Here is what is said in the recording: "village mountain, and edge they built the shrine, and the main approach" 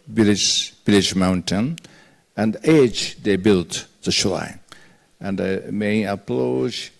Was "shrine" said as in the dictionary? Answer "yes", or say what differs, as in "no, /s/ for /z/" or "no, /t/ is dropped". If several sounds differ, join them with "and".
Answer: no, /l/ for /ɹ/